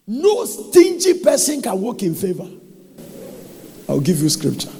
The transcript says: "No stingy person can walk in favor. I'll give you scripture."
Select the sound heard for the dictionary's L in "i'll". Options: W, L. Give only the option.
W